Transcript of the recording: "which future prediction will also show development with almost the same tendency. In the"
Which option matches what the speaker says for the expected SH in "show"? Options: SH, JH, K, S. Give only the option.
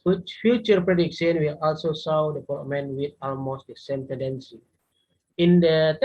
S